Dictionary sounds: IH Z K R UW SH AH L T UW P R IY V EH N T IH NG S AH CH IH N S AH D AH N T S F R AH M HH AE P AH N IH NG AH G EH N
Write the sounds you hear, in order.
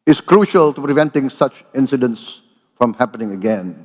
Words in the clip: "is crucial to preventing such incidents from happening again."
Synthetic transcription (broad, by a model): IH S K R UW SH AH L T UW P R IY V EH N T IH NG S AH CH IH N S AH D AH N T S F R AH M HH AE P AH N IH NG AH G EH N